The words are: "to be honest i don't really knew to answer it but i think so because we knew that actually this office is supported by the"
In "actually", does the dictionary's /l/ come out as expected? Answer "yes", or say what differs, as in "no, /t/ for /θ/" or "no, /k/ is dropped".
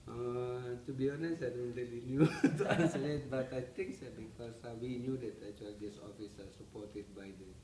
no, /l/ is dropped